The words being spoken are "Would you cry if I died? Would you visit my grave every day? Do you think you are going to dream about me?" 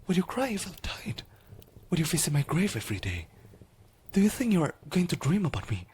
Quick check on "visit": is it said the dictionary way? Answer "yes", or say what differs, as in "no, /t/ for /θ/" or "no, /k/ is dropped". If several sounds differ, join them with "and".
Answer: no, /f/ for /v/ and /s/ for /z/